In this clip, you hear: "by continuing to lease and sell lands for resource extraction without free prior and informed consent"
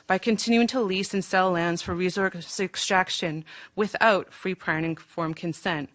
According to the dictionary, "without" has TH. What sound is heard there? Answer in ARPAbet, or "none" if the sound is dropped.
TH